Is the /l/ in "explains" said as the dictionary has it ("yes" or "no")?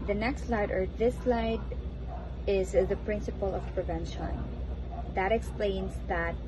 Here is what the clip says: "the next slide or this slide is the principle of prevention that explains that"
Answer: yes